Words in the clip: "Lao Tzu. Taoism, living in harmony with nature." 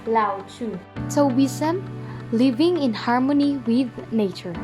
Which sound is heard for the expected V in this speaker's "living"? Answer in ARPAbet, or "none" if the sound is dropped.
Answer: V